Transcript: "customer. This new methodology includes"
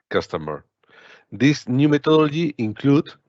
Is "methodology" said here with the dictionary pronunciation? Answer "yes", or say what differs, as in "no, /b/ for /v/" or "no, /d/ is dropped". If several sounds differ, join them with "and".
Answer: no, /t/ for /θ/